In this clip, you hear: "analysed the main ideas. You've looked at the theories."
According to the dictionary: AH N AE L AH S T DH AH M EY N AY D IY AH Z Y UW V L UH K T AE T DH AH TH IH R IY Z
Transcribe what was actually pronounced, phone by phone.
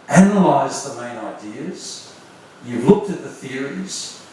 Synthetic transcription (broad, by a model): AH N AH L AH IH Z DH AH M EY N AY D IY AH Z Y UW V L UH K T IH T DH AH TH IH R IY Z